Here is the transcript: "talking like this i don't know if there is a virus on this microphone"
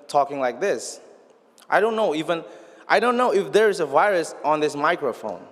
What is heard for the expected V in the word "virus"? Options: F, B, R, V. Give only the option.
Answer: V